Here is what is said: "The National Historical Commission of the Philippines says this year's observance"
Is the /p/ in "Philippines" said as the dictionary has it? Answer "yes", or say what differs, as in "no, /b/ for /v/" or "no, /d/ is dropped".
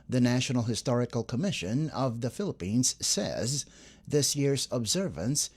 yes